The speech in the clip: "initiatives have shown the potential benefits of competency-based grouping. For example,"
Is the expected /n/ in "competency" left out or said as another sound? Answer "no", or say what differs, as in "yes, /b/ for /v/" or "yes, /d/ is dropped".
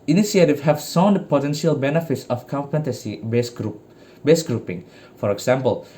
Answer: yes, /n/ is dropped